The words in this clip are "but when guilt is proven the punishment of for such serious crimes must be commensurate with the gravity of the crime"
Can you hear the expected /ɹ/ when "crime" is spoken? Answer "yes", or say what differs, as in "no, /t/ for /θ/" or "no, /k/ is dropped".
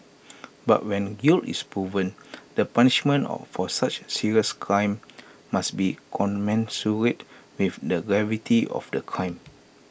yes